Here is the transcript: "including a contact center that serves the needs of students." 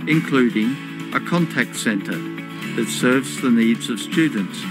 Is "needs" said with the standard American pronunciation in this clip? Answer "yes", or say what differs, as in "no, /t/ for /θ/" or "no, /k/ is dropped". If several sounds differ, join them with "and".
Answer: yes